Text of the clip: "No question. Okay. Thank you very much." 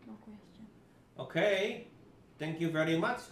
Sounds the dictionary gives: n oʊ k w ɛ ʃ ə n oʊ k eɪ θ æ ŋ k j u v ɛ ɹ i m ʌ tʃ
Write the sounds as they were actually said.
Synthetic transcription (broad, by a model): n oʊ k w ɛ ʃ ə ʊ k eɪ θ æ ŋ k j u v ɛ ɹ i m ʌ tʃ